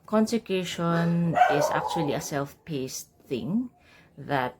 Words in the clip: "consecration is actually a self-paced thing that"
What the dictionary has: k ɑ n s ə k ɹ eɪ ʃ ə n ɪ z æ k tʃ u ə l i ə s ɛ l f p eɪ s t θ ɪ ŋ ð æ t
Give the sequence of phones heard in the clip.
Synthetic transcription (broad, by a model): k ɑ n s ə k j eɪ ʃ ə n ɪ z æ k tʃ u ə l i ə s ɛ l f p eɪ s t θ ɪ ŋ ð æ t